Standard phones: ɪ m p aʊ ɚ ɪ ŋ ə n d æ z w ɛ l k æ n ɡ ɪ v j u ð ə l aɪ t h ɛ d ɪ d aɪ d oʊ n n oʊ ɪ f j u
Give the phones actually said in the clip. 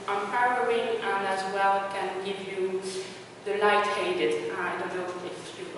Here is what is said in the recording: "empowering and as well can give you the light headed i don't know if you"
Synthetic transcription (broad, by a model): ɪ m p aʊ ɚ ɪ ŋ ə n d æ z w ɛ l k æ n ɡ ɪ v j u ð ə l aɪ t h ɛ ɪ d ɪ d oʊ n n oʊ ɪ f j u